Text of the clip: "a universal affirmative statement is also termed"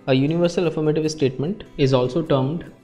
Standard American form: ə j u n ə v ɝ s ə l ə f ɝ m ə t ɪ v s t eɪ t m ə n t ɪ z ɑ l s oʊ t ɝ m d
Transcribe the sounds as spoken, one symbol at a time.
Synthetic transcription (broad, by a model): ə j u n ə v ɝ s ə l ə f ɝ m ə t ɪ v s t eɪ t m ə n t ɪ z ɑ l s oʊ t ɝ m d